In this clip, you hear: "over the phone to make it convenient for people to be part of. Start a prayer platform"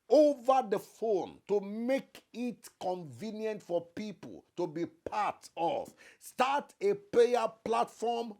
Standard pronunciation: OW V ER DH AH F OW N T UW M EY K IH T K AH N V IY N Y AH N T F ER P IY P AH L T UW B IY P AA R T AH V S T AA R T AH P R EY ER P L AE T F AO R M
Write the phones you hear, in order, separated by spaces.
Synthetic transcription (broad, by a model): OW V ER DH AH F OW N T UW M EY K IH T K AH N V IY N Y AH N T F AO P IY P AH L T UW B IY P AA T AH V S T AA T AH P L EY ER P L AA T F AO M